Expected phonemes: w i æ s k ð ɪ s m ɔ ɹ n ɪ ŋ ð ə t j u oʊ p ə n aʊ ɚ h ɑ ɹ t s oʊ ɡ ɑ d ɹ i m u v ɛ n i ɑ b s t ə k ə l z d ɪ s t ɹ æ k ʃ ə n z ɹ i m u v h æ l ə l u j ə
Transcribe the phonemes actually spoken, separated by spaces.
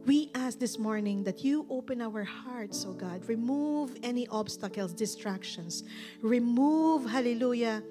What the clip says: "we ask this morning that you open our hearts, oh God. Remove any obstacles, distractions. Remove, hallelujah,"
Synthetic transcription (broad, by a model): w i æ s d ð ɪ s m ɔ ɹ n ɪ ŋ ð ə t j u oʊ p ə n aʊ ɚ h ɑ ɹ t s oʊ ɡ ɑ d ɹ i m u v ɛ n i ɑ b s t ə k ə l s d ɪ s t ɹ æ k ʃ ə n s ɹ i m u v h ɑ l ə l u j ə